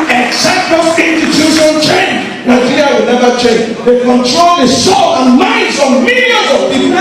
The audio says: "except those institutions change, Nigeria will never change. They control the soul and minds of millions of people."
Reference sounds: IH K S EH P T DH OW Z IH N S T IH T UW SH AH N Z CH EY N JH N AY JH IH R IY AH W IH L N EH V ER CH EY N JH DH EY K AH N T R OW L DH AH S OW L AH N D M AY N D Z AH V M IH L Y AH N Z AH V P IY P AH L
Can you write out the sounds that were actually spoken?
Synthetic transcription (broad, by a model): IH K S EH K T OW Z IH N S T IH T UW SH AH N CH EY N JH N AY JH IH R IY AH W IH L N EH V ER CH EY N JH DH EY K AH N T R OW L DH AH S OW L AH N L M AY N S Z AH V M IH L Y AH Z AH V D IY